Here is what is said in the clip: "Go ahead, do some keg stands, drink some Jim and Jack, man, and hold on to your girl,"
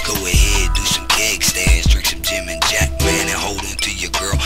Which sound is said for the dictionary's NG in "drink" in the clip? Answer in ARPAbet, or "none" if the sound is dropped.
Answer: none